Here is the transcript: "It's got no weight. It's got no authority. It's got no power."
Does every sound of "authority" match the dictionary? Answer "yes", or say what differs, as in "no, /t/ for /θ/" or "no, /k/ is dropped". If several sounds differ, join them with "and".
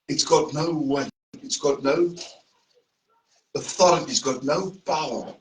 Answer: yes